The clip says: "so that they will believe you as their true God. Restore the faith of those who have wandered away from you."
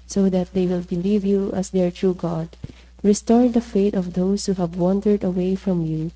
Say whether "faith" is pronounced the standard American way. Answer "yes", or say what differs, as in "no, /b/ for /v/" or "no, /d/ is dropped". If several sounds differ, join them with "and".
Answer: no, /t/ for /θ/